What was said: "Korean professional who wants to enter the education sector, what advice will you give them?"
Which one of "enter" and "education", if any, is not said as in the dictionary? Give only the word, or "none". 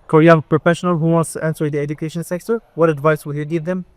enter